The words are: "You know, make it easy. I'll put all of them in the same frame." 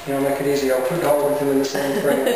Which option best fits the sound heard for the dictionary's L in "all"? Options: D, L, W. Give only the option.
W